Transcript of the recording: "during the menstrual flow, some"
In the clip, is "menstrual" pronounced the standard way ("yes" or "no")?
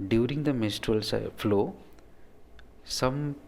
no